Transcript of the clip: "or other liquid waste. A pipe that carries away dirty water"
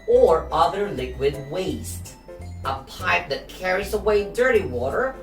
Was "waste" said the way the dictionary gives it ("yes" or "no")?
yes